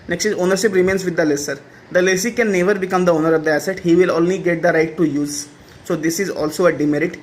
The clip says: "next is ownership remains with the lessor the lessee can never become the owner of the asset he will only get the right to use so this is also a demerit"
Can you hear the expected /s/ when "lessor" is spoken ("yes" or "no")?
yes